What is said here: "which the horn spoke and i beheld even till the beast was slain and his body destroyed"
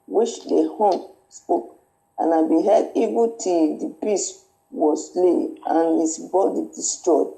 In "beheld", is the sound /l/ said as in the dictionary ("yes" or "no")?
no